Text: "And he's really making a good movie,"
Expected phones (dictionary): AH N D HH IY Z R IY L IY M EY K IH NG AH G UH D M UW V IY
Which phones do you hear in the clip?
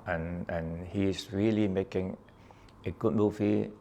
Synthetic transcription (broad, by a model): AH N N HH IY S R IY L IY M EY K IH NG AH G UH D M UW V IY